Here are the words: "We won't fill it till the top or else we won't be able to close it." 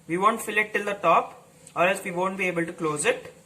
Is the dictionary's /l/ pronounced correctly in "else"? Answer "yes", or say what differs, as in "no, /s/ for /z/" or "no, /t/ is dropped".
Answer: no, /l/ is dropped